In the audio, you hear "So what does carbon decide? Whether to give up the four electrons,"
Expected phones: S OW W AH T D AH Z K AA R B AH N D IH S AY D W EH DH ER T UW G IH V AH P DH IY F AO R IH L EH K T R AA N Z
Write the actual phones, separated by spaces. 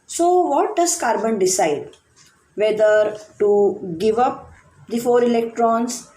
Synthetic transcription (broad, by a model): S OW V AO T D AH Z K AA R B AH N D IH S AY D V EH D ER T UW G IH V AH P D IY F AO R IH L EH K T R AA N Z